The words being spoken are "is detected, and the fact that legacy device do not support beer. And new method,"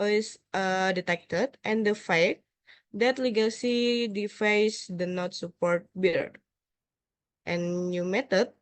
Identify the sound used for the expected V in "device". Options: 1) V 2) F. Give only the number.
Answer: 2